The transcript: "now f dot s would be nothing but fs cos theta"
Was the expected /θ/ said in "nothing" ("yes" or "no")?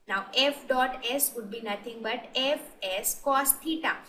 no